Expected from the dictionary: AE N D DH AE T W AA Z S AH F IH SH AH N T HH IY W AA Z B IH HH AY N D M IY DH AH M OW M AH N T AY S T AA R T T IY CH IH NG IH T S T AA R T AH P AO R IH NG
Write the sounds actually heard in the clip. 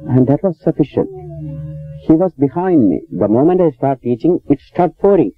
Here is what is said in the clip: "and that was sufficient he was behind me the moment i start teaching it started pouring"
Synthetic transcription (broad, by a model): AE N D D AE T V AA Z S AH F IH SH AH N T HH IY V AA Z B IH HH AY N D M IY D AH M OW M AH N T AY S T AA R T T IY CH IH NG IH T S T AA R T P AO R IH NG